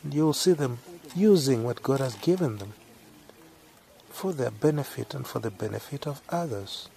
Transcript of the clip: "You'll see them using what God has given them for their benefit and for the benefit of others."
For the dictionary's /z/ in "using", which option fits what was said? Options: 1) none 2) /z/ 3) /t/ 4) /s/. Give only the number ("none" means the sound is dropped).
2